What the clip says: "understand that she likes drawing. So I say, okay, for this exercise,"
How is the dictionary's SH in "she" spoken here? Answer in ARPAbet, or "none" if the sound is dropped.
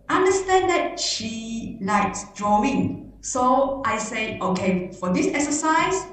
SH